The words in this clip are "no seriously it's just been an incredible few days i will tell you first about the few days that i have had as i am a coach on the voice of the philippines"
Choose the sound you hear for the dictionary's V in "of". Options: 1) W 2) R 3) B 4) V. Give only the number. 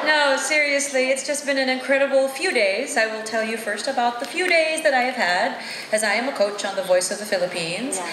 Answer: 4